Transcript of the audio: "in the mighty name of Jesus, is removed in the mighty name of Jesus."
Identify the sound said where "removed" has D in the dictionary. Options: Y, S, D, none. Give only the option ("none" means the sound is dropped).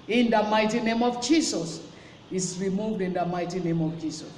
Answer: D